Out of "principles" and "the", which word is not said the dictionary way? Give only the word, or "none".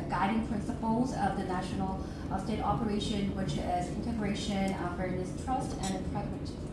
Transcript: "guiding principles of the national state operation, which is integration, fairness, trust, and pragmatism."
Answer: none